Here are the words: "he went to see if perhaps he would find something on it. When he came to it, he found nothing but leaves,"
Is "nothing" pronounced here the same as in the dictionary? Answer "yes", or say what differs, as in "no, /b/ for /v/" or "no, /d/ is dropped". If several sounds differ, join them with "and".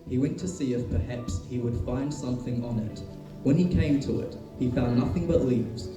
yes